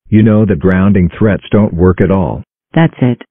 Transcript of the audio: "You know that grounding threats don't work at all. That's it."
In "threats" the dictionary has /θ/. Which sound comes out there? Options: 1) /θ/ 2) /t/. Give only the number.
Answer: 1